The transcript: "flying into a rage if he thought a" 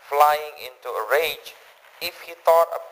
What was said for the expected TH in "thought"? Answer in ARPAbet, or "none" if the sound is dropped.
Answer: T